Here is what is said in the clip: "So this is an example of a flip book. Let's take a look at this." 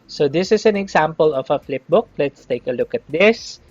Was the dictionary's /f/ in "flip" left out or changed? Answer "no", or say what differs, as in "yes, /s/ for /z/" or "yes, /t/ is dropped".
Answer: no